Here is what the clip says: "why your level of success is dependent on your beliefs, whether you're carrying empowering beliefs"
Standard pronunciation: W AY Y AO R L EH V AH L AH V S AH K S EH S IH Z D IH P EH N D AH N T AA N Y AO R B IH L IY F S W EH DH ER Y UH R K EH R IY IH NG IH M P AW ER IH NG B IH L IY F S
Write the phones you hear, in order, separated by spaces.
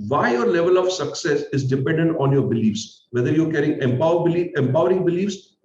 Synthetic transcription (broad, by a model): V AY Y AO R L EH V AH L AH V S AH K S EH S IH Z D IH P EH N D AH N T AA N Y AO R B IH L IY F S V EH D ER Y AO R K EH R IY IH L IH M P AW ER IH NG B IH L IY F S